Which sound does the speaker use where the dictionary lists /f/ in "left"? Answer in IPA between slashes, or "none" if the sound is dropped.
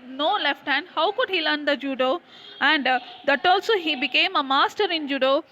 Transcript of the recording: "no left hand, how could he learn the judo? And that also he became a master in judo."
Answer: /f/